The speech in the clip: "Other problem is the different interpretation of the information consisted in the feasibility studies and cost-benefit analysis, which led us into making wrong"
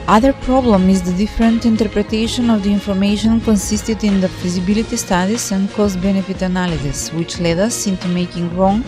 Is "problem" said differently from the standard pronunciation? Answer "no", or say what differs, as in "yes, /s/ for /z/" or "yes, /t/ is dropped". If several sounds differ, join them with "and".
no